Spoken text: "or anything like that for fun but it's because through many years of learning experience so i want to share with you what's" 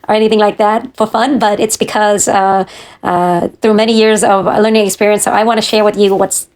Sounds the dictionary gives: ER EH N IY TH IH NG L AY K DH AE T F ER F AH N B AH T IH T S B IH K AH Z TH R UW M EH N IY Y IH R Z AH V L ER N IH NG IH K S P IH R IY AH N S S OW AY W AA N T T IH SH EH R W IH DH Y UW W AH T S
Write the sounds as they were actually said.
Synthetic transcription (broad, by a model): ER EH N IY TH IH NG L AY K DH AE T F ER F AH N B AH T IH T S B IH K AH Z TH R UW M EH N IY Y IH R Z AH V L ER N IH NG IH K S P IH R IY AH N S S OW AY W AA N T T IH SH EH R W IH DH Y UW W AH T S